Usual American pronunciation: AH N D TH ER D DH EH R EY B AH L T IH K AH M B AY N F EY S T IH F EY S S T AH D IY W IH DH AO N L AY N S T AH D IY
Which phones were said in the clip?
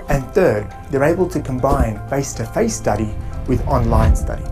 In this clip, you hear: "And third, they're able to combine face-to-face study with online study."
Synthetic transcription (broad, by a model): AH N TH ER D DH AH R EY B AH L T IH K AH M B AY N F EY S T IH F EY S S T AH D IY W IH DH AO N L AY N S T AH D IY